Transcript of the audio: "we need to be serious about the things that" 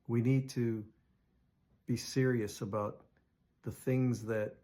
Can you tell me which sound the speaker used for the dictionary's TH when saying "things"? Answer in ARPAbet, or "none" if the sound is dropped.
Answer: TH